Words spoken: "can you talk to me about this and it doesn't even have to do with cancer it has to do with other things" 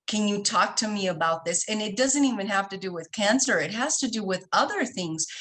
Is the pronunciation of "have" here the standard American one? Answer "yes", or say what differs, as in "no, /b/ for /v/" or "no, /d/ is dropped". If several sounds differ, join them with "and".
no, /f/ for /v/